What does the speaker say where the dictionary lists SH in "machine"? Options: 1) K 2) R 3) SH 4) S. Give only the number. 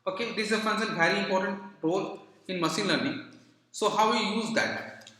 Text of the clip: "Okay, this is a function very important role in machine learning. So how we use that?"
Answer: 4